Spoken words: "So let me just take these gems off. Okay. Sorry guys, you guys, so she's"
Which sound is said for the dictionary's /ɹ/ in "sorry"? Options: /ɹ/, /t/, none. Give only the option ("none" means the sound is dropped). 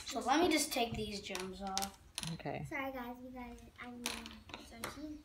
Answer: none